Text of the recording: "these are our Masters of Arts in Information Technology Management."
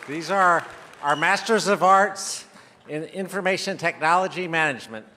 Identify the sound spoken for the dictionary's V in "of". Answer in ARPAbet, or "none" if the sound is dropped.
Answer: V